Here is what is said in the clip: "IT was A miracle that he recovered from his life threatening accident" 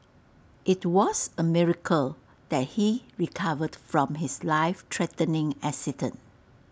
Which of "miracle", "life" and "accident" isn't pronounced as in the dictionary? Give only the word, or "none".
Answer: accident